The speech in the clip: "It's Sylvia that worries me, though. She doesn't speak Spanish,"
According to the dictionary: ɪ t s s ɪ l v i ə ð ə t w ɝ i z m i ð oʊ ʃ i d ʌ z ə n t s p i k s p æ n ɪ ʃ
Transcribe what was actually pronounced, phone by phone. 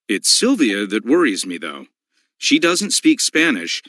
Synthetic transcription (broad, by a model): ɪ t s s ɪ l v i ə ð ə t w ɝ i z m i ð oʊ ʃ i d ʌ z ə n t s p i k s p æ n ɪ ʃ